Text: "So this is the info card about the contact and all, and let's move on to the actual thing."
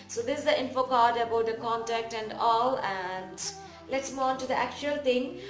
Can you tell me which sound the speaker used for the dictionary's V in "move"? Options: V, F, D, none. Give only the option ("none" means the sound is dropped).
none